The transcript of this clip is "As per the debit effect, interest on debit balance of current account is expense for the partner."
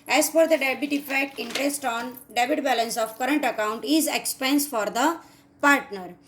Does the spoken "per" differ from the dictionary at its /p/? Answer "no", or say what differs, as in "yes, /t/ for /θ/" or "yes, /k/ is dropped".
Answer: yes, /f/ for /p/